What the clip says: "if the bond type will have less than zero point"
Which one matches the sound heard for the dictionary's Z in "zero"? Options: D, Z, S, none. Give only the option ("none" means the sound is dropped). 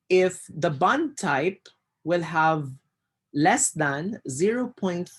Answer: Z